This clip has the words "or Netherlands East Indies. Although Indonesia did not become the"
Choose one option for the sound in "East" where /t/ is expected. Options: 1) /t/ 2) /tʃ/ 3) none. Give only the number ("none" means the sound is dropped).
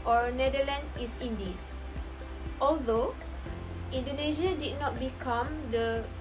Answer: 3